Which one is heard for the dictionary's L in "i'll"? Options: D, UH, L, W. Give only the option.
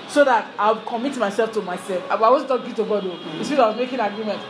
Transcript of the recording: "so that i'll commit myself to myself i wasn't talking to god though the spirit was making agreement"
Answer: W